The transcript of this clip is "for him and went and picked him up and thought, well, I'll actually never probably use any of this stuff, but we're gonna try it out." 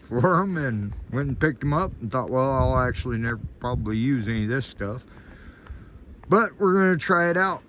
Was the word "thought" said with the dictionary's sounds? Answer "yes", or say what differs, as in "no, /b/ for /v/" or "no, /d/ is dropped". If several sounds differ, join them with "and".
yes